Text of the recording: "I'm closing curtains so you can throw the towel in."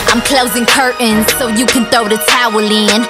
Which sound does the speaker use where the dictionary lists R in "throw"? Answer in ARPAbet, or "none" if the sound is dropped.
none